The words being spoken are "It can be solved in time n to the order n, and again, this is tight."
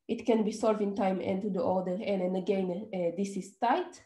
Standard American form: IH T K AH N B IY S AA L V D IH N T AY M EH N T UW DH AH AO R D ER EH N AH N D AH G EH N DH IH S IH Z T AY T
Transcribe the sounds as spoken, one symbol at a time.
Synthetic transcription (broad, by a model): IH T K AH N B IY S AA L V IH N T AY M EH N T UW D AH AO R D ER EH N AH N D AH G EH N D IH S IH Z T AY T